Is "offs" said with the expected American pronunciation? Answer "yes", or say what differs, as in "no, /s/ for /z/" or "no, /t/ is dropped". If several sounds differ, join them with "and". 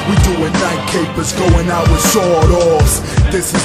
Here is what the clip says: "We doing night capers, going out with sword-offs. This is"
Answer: no, /f/ is dropped